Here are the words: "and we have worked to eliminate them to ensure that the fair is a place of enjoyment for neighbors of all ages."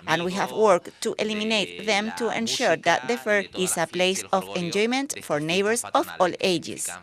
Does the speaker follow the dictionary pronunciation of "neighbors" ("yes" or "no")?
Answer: no